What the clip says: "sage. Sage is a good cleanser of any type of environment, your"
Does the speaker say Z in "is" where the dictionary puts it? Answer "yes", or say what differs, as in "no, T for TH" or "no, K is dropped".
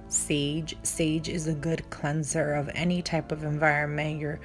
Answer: yes